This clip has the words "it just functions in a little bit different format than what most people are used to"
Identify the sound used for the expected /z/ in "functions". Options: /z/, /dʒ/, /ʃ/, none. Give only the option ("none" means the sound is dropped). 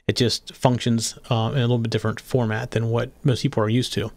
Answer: /z/